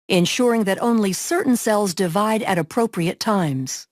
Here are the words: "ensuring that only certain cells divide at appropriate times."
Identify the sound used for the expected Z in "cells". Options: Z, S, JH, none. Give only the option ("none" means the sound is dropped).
Z